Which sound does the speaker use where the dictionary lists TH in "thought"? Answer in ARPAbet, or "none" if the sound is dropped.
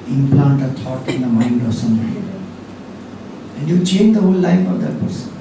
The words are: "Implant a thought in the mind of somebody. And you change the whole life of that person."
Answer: T